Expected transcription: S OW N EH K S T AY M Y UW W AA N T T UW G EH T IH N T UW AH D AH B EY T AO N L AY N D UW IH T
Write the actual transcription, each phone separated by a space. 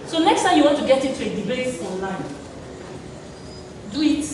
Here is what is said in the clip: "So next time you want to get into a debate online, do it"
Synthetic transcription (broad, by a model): S OW N EH K S T AY M Y UW W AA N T T UW G EH T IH T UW AH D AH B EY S AO N L AY N D UW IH T